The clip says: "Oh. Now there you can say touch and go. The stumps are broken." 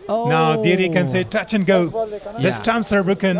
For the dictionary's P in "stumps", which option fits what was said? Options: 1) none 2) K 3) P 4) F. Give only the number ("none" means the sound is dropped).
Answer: 1